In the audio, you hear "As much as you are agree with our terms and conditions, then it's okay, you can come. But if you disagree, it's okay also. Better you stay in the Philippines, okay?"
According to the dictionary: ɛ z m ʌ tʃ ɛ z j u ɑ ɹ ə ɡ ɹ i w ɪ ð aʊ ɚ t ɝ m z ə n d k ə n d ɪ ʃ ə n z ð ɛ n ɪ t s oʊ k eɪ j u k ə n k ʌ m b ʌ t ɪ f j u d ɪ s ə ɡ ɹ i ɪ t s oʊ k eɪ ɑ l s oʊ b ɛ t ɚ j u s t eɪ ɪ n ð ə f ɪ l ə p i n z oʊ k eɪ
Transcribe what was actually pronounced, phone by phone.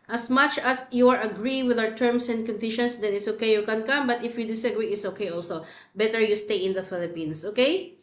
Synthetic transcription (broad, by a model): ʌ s m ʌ tʃ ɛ s j u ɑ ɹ ə ɡ ɹ i w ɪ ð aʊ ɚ t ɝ m s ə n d k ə n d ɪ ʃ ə n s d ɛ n ɪ t s oʊ k eɪ j u k ə n k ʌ m b ʌ t ɪ f j u d ɪ s ə ɡ ɹ i ɪ t s oʊ k eɪ ɑ l s oʊ b ɛ t ɚ j u s t eɪ ɪ n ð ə f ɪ l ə p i n s oʊ k eɪ